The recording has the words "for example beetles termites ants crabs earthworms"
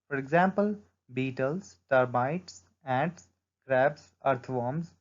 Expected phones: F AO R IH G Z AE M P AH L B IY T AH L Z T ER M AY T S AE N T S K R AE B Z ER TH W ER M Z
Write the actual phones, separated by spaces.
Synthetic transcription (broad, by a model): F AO R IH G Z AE M P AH L B IY T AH L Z T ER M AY T S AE T S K R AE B S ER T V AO M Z